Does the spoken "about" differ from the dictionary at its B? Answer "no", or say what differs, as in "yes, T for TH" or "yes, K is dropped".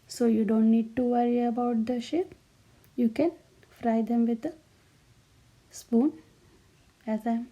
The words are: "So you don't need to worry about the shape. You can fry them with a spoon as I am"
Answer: no